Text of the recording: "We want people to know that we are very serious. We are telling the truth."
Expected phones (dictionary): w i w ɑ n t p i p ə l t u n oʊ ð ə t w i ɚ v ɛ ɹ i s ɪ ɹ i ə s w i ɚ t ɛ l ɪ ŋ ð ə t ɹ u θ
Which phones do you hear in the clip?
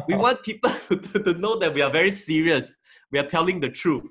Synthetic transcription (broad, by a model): w i w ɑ n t p i p ə l t u n oʊ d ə t w i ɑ v ɛ ɹ i s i ɹ i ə s w i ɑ t ɛ l ɪ ŋ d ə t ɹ u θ